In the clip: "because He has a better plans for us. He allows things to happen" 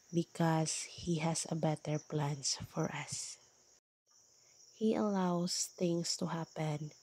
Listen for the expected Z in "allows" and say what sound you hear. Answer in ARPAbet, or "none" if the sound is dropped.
S